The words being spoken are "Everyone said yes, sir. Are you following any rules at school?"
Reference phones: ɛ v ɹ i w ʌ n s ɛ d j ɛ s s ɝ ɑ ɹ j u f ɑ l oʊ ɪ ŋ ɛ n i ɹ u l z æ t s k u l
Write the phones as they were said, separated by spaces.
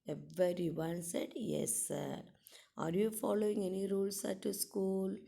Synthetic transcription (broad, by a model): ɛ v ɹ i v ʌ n s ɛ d j ɛ s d ɑ ɹ j u f ɑ l oʊ ɪ ŋ ɛ n i ɹ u l s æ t s k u l